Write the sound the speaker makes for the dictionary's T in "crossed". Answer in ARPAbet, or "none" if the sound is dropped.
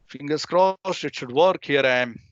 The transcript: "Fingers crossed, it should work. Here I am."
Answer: none